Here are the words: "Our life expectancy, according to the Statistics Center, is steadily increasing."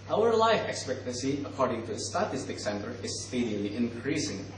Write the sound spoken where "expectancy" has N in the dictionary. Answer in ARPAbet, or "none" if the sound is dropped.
N